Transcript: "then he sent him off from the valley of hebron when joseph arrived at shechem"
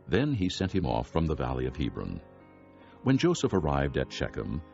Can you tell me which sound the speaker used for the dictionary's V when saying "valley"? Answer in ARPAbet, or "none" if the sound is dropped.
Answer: V